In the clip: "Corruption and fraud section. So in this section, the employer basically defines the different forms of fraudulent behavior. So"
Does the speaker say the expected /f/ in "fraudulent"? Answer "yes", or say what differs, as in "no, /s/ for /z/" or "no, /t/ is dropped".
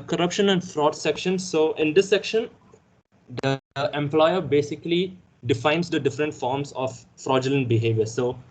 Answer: yes